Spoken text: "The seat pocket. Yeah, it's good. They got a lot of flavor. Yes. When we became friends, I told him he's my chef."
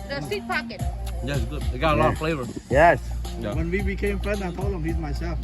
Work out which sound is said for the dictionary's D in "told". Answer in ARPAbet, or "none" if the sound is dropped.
none